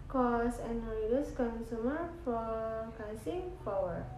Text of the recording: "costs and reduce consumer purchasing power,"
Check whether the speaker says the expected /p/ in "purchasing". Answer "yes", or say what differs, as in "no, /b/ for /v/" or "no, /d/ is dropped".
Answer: no, /f/ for /p/